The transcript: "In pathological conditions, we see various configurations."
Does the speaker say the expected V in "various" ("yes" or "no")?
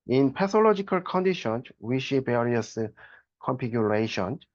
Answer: no